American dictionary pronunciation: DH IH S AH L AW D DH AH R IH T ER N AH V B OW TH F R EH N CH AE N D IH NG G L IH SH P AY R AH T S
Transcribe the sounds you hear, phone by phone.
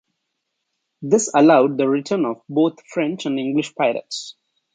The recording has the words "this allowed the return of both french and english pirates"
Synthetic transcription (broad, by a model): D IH S AH L AW D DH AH R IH T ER N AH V B OW T F R EH N CH AE N D IH NG G L IH SH P AY L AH T S